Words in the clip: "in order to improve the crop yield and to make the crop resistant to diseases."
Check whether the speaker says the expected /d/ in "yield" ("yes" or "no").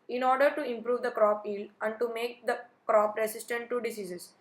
no